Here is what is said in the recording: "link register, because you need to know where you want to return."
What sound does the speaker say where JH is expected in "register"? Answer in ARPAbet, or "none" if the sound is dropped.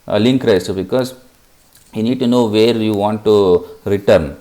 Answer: none